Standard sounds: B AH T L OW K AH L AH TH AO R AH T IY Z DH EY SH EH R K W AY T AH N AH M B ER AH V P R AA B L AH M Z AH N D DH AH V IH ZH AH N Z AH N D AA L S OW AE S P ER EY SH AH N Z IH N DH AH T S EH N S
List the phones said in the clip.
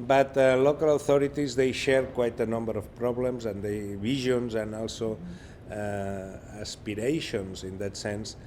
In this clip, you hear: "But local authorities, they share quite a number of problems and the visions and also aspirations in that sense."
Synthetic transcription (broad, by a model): B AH T L OW K AH L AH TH AO R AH T IY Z DH EY SH EH R K W AY T AH N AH M B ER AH F P R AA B L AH M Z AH N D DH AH B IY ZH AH N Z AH N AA L S OW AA S P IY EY SH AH N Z IH N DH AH T S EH N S